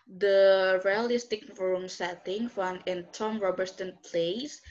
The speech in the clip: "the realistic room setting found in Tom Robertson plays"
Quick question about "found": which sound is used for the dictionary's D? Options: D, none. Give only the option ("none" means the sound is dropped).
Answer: none